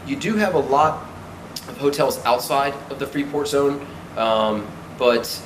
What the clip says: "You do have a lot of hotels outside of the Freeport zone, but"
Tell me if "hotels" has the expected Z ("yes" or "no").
yes